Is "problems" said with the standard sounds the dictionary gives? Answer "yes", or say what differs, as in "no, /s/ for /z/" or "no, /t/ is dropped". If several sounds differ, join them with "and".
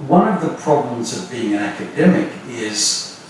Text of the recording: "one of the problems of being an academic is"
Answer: yes